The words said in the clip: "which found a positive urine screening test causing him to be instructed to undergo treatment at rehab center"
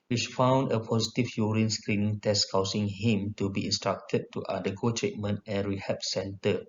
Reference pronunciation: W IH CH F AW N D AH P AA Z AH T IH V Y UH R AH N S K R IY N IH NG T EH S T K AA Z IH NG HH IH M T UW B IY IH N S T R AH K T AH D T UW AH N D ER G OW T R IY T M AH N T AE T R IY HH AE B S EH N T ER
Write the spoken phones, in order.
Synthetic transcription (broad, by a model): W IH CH F AW N D AH P AA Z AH T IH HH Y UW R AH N S K R IY N IH NG T EH S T K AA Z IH NG HH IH M T UW B IY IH N S T R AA K T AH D T UW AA D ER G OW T R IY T M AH N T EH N R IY HH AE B S EH N T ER